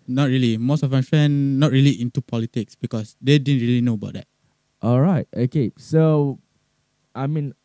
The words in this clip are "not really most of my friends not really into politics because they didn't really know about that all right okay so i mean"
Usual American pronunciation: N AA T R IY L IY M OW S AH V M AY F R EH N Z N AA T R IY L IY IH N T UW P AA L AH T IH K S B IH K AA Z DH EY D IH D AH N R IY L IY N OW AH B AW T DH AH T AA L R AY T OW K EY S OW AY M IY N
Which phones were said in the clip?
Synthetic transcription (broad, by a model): N AA T R IY L IY M OW S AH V M AY F R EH N N AA T R IY L IY IH N T UW P AA L AH T IH K S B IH K AA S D EY D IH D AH N R IY L IY N OW AH B AW T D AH T AA L R AY T OW K EY S OW AY M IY N